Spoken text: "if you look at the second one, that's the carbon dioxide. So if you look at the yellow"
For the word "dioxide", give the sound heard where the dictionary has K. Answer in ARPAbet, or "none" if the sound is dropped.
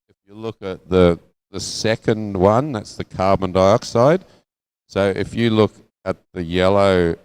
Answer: K